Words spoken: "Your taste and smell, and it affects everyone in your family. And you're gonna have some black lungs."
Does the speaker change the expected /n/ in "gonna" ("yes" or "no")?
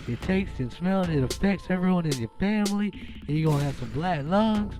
yes